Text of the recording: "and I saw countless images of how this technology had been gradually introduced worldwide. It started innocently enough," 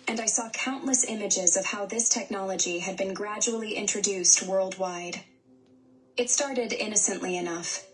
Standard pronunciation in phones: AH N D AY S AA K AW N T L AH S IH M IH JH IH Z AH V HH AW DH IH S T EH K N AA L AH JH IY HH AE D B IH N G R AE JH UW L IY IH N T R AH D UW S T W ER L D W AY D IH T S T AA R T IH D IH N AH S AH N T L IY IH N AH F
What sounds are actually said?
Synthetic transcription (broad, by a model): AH N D AY S AA K AW N T L AH S IH M IH JH IH Z AH V HH AW DH IH S T EH K N AA L AH JH IY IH D B IH N G R AE JH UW L IY IH N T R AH D UW S T W ER L D W AY D IH T S T AA R T IH D IH N AH S AH N T L IY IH N AH F